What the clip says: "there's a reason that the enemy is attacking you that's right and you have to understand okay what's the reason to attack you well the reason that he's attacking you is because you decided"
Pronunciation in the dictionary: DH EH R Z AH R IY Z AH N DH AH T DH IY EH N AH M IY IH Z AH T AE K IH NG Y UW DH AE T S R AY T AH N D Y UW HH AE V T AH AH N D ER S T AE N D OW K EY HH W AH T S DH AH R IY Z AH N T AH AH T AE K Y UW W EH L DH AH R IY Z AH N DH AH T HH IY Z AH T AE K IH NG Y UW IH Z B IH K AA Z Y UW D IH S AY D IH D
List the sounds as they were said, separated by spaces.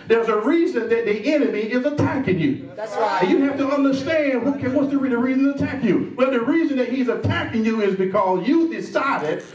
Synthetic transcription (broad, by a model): DH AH R Z AH R IY Z AH N DH AH T DH IY EH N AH M IY IH Z AH T AE K IH NG Y UW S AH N Y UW HH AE F T AH AH N D ER S T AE N D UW K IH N W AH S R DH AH R IY Z AH N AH AH T AE K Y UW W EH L DH AH R IY Z AH N DH AH T HH IY Z AH T AE K IH NG Y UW IH Z B IH K AA Z Y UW D IH S AY D IH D